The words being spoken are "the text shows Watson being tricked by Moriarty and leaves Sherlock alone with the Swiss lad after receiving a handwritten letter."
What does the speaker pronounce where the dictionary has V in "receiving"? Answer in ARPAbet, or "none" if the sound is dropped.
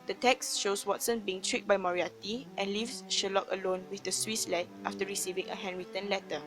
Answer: V